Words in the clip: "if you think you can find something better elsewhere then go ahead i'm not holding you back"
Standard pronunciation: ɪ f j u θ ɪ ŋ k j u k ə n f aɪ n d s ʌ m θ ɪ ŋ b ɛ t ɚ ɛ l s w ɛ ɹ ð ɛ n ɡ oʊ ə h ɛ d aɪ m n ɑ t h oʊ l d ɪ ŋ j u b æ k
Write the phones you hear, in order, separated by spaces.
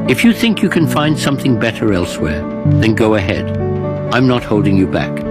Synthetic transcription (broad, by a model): ɪ f j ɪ θ ɪ ŋ k j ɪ k ə n f aɪ n d s ʌ m θ ɪ ŋ b ɛ t ɚ ɛ l s w ɛ ɹ ð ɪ n ɡ oʊ ə h ɛ d aɪ m n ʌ t h oʊ l d ɪ ŋ j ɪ b æ k